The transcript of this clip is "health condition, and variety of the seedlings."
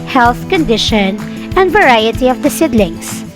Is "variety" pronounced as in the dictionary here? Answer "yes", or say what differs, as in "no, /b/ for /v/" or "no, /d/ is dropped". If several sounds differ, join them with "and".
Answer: yes